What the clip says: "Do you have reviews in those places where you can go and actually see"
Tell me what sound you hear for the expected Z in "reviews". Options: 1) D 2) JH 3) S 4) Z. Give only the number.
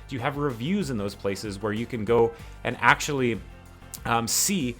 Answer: 4